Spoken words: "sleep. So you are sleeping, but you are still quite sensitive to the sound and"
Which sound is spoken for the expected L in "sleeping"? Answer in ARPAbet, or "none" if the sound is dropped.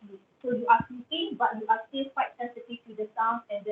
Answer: none